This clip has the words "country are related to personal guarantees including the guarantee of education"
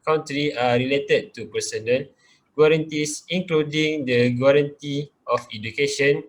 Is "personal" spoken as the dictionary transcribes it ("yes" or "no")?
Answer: no